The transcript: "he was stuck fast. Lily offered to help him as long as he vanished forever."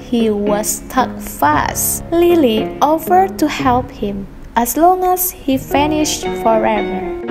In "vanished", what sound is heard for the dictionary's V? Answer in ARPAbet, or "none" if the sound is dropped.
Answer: F